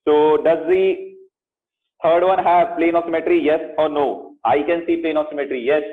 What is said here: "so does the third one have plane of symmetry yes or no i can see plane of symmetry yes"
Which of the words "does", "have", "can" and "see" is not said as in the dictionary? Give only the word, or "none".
none